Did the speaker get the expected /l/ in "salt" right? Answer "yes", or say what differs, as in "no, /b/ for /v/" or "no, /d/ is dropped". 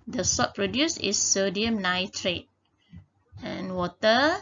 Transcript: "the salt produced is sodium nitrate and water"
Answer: no, /l/ is dropped